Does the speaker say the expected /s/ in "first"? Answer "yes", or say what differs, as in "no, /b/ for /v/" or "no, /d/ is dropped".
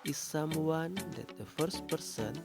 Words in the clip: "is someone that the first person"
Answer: yes